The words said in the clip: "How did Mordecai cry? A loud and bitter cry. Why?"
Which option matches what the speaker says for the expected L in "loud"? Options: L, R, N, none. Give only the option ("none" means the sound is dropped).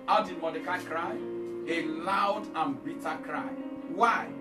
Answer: L